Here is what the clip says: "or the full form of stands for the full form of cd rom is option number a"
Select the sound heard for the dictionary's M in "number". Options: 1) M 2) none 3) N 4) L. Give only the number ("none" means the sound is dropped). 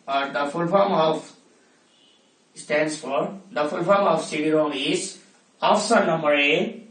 1